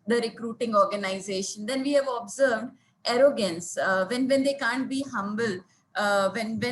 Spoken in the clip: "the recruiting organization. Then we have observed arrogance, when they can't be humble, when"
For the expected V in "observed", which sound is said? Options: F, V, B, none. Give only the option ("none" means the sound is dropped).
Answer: V